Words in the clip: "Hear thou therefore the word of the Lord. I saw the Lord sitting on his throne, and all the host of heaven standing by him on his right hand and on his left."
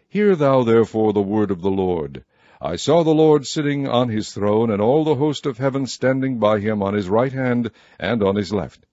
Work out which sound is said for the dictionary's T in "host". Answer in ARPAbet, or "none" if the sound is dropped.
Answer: T